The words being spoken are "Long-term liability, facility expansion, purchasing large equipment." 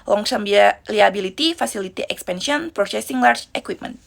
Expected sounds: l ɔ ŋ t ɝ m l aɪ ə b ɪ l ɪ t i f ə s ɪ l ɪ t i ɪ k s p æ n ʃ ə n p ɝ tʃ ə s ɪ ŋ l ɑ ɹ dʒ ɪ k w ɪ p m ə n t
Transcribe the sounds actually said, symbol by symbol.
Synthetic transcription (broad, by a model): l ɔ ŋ s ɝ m l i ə b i l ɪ t i f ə s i l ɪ t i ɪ k s p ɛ n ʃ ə n p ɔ s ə s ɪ ŋ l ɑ ɹ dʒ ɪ k w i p m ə n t